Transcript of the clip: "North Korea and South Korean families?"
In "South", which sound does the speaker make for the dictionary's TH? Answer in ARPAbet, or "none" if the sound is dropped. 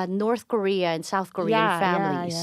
TH